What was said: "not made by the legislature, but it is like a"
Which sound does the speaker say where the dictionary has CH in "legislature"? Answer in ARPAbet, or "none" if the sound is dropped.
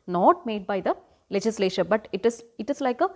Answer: SH